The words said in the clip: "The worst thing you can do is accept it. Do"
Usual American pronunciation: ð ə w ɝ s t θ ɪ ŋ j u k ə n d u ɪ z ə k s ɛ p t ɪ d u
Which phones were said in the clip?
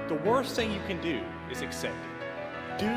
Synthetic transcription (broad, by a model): ð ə w ɝ s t θ ɪ ŋ j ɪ k ə n d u ɪ z ə k s ɛ p t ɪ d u